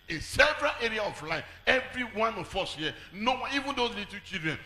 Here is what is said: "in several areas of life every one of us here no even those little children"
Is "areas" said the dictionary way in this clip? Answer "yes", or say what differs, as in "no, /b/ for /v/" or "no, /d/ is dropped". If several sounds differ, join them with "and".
no, /z/ is dropped